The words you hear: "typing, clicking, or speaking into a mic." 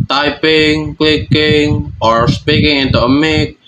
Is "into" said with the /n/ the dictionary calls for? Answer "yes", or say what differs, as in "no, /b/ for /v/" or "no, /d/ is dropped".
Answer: yes